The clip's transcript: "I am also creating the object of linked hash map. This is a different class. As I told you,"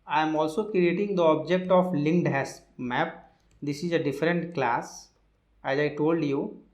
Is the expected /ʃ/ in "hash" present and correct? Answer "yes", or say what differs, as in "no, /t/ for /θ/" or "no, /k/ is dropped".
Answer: no, /s/ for /ʃ/